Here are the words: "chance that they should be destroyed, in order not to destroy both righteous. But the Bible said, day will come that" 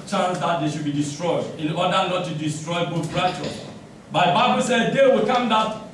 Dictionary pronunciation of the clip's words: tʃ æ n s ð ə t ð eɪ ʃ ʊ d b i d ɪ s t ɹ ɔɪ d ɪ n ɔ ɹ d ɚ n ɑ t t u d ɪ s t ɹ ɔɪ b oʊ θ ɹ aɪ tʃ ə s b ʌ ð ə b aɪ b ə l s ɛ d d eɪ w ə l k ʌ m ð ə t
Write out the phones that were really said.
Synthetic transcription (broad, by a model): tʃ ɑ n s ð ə t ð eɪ ʃ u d b i d ɪ s t ɹ ɔɪ d ɪ n ɔ d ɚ n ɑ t t u d ɪ s t ɹ ɔɪ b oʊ t ɹ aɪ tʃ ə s b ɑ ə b aɪ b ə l s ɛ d d eɪ w ə l k ʌ m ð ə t